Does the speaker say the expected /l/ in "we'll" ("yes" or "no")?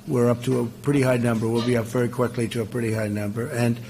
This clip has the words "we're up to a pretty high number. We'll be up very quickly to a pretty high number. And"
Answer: yes